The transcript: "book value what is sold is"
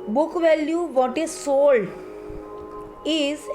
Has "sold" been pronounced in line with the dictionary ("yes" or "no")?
no